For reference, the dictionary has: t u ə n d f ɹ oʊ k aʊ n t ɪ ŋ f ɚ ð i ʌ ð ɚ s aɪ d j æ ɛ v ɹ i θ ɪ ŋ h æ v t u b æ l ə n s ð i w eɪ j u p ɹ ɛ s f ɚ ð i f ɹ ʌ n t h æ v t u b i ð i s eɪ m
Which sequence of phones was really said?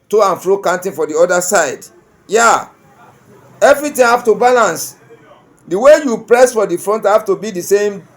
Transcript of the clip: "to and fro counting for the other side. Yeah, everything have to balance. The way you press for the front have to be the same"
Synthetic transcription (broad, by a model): t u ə n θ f ɹ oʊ k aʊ n t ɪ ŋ f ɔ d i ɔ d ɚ s aɪ d j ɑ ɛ v ɹ i t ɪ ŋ h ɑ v t u b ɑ l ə n s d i w eɪ j u p ɹ ɛ s f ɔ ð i f ɹ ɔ n t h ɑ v t u b i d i s eɪ m